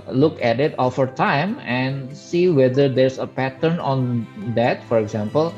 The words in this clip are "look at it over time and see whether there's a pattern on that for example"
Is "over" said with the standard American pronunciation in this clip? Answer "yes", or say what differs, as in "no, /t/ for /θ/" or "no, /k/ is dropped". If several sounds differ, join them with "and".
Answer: no, /f/ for /v/